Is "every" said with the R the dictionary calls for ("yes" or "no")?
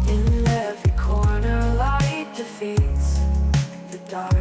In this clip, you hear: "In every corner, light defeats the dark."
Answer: no